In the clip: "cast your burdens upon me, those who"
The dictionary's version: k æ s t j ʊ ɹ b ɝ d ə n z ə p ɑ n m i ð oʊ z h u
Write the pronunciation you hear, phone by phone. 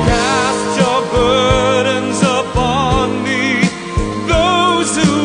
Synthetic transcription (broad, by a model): k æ s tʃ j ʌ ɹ b ɝ d ə n z ə p ɑ n m i ð oʊ z h u